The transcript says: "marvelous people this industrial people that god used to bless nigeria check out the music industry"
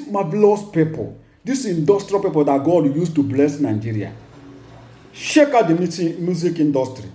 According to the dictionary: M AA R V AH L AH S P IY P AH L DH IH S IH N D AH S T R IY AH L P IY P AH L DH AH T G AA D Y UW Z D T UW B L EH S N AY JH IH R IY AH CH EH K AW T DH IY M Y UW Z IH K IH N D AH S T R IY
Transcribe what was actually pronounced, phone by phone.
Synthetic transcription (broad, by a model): M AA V L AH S P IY P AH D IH S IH N D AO S T R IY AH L P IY P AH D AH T G AA D Y UW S T UW B L EH S N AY JH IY R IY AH SH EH K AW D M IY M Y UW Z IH K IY N D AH S T R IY